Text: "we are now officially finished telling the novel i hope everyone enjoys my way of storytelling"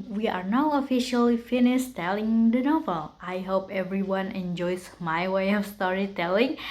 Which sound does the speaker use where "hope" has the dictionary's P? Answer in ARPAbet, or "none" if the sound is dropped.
P